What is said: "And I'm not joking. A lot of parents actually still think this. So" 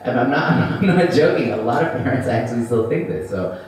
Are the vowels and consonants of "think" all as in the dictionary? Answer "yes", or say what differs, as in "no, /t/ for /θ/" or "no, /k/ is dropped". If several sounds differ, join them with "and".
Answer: yes